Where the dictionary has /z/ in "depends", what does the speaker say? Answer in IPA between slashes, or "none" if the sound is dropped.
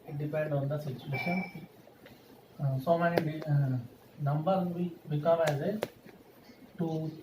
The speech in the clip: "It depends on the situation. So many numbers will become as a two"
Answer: none